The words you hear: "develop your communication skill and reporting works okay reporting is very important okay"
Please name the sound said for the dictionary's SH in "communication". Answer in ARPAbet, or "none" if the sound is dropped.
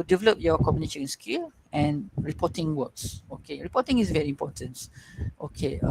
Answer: none